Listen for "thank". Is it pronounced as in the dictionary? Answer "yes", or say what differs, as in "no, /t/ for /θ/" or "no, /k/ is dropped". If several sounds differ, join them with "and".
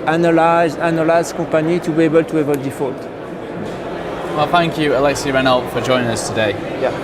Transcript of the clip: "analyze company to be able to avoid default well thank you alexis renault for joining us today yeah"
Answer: yes